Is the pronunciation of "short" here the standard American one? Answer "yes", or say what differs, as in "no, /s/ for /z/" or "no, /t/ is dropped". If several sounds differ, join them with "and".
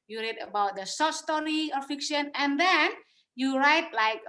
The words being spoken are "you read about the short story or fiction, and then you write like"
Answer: no, /s/ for /ʃ/